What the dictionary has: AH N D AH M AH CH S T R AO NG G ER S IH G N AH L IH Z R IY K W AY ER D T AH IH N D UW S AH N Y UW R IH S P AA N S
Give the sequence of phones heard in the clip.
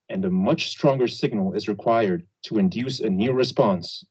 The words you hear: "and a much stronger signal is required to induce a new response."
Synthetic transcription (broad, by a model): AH N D AH M AH CH S T R AO NG G ER S IH G N L IH Z R IY K W AY ER D T AH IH N D UW S AH N Y UW R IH S P AA N S